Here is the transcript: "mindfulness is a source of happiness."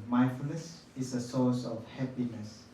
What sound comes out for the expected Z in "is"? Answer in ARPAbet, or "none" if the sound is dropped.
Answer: S